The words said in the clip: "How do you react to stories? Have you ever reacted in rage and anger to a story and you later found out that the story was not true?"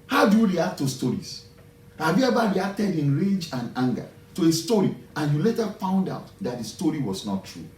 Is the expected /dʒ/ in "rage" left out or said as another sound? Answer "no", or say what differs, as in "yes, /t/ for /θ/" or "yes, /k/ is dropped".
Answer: no